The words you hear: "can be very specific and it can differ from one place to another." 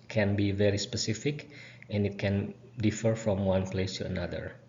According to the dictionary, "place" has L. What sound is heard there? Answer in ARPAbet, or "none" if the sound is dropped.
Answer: L